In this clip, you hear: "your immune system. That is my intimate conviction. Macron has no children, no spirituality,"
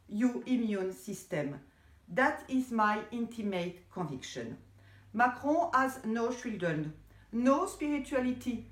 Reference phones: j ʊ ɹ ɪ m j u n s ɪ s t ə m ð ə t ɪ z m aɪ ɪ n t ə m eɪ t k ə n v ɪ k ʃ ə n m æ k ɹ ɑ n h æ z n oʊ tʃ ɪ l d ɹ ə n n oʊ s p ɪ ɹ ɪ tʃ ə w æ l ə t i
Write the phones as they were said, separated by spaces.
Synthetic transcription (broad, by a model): j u ɪ m j u n s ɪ s t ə m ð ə t ɪ z m aɪ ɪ n t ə m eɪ t k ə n v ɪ k ʃ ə n m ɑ k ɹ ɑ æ z n oʊ ʃ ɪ l d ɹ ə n n oʊ s p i ɹ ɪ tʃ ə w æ l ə t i